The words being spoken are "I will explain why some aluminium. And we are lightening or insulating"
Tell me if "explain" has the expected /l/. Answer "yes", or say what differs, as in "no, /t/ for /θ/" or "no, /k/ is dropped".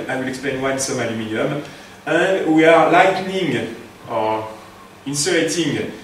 no, /l/ is dropped